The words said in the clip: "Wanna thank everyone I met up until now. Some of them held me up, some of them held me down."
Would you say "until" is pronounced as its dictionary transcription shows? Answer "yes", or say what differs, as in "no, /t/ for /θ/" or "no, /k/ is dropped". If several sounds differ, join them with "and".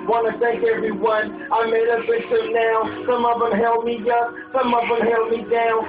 no, /n/ is dropped